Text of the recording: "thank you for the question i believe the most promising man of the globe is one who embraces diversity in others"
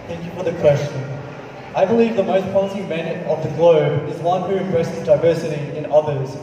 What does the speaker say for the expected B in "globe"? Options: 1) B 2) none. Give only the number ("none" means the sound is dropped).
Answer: 1